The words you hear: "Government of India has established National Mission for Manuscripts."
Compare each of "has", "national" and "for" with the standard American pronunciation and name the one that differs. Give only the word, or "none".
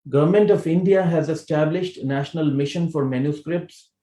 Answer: none